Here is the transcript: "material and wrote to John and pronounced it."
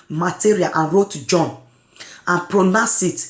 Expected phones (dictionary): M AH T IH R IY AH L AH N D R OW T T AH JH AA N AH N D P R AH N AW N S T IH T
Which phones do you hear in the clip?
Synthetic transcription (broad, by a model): M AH T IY R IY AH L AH N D R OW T T JH AA N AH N P R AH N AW S IH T